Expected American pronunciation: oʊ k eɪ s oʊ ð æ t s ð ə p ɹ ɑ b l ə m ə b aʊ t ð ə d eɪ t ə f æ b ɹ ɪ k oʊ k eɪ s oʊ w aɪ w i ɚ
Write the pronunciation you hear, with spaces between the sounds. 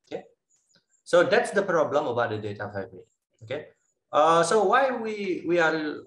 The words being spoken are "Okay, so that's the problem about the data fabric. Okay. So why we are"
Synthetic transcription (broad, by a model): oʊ k eɪ s oʊ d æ t s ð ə p ɹ ɑ b l ə m ə b aʊ t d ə d eɪ t ə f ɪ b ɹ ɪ oʊ k eɪ s oʊ w aɪ w i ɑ